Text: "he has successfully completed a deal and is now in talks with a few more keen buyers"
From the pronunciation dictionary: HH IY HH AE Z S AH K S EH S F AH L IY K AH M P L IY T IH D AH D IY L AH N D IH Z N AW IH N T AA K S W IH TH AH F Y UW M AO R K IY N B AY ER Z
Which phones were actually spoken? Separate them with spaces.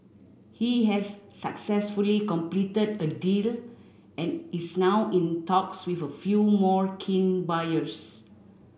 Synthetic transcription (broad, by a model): HH IY HH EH S AH K S EH S F AH L IY K AH M P L IY T IH D AH D IY L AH N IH S N AW IH N T AA K S W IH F AH F Y UW M AO R K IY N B AY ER S